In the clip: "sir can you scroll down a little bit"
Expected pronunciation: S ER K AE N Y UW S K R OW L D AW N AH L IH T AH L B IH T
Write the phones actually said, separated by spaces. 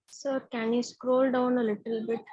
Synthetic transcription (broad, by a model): S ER K AE N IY S K R OW L D AW N AH L IH T AH L B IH T